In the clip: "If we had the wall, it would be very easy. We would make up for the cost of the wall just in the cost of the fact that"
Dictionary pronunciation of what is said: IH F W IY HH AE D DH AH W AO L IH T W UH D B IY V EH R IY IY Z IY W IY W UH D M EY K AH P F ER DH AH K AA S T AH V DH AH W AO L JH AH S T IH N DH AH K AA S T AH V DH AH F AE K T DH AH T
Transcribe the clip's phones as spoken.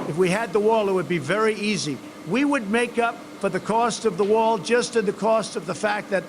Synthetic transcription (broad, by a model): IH F W IY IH D DH AH W AO L IH T W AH D B IY V EH R IY IY Z IY W IY W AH D M EY K AH P F ER DH AH K AA S T AH V DH AH W AO L JH AH S T IH N DH AH K AA S T AH V DH AH F AE K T DH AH T